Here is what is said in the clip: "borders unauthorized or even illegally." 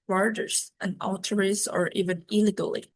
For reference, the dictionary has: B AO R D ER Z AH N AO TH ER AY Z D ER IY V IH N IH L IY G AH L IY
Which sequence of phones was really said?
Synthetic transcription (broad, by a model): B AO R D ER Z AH N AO T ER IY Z ER IY V IH N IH L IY G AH L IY